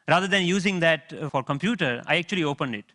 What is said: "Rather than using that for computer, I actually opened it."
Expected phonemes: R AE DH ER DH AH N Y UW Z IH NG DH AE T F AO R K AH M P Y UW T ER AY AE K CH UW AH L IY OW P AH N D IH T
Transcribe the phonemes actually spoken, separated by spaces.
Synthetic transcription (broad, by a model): R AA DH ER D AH N Y UW Z IH NG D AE T F AO R K AH M P Y UW T ER AY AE K CH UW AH L IY OW P AH N D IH T